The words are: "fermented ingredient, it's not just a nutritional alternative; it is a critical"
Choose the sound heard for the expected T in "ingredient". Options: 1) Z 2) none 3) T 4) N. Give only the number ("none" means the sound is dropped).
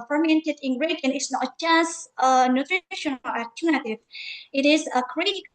2